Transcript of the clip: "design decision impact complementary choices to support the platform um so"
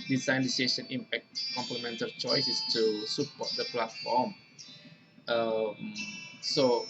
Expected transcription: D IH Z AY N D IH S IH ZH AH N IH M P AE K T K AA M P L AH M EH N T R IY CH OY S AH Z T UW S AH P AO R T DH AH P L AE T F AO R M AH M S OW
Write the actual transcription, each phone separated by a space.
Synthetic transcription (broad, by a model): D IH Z AY N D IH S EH S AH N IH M P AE K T K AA M P L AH M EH N T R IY CH OY S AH S T UW S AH P AO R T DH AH P L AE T F AO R M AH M S OW